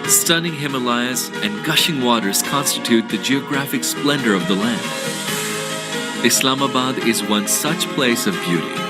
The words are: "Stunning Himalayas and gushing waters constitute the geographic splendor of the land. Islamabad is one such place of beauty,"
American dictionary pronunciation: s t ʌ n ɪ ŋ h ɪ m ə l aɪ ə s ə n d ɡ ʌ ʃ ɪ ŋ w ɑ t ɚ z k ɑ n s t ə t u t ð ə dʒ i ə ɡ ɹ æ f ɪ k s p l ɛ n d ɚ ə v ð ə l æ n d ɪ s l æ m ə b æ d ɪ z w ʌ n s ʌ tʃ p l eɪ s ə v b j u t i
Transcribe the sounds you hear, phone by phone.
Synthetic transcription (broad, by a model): s t ʌ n ɪ ŋ h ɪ m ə l aɪ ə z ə n ɡ ʌ ʃ ɪ ŋ w ɑ t ɚ z k ɑ n s t ə t u t ð ə dʒ i ə ɡ ɹ æ f ɪ k s p l ɛ n d ɚ ə v ð ə l æ n d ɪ s l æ m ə b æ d ɪ z w ʌ n s ʌ tʃ p l eɪ s ə v b j u t i